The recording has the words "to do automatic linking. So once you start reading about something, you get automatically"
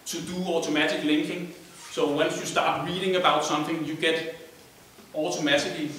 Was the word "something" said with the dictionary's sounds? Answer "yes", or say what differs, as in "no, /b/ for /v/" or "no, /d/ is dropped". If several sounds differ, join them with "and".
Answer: yes